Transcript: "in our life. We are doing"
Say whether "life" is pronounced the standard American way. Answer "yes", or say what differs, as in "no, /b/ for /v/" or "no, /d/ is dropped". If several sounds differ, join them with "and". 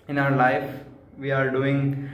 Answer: yes